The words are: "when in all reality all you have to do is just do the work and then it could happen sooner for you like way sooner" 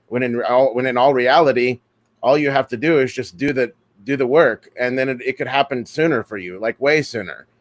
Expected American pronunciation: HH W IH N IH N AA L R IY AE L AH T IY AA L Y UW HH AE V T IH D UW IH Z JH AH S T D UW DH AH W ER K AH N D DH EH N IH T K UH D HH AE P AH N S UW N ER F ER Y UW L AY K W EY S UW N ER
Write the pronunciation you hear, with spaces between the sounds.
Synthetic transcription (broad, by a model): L W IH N IH N AA L R IY AE L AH T IY AA L Y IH HH AE F T IH D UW IH Z JH AH S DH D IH DH AH W ER K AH N DH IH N IH T K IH D HH AE P AH N S UW N ER F ER Y UW L AY K W EY S UW N ER